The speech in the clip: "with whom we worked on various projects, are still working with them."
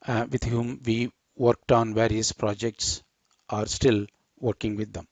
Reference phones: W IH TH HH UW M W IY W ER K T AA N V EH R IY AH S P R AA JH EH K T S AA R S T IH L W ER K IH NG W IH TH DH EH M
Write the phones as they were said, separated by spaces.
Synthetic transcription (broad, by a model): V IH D HH UW M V IY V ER K T AA N V EH R IY AH S P R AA JH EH K T S AA R S T IH L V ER K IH NG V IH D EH M